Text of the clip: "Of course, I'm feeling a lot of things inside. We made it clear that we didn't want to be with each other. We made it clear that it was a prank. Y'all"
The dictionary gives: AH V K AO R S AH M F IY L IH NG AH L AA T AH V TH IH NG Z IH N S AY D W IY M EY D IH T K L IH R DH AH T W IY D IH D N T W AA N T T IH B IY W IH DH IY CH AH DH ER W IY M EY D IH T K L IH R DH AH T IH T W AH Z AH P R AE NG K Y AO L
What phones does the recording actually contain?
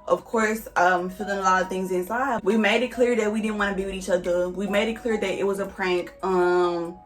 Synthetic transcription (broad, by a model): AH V K AO R S AH M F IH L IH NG AH L AA T AH V TH IH NG Z IH N S AY D W IY M EY D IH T K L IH R DH AH T W IY D IH D N T W AA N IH B IY W IH DH IY CH AH DH ER W IY M EY D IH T K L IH R DH AH T IH T W AH Z AH P R AE NG K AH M